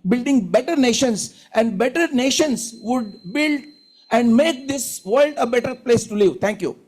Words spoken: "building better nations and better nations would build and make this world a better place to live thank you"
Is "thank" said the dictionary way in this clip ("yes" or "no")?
no